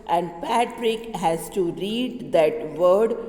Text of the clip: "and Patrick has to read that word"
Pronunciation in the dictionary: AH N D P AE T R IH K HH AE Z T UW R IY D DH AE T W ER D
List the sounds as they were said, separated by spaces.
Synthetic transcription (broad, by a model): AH N D P AE T R IH K HH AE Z T UW R IY D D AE T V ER D